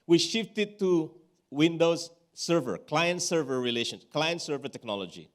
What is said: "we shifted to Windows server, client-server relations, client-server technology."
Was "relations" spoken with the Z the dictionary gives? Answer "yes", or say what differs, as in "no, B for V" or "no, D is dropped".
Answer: no, Z is dropped